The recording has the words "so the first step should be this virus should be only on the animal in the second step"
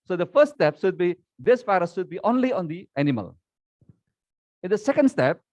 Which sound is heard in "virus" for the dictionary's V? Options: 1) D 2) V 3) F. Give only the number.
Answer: 3